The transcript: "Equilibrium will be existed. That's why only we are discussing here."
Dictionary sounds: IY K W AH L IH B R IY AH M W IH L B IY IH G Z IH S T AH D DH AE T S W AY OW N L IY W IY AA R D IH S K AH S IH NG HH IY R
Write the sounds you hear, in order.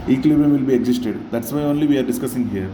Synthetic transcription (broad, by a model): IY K L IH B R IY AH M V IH L B IY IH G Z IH S T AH D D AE T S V AY OW N L IY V IY AA R D IH S K AH S IH NG HH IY R